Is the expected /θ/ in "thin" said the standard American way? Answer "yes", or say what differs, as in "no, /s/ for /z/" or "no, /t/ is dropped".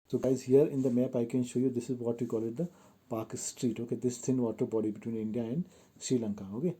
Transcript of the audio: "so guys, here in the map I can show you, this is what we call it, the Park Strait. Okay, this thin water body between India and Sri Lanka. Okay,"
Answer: no, /s/ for /θ/